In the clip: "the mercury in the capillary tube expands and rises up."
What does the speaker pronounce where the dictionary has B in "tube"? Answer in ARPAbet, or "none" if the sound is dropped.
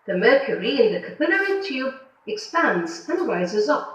B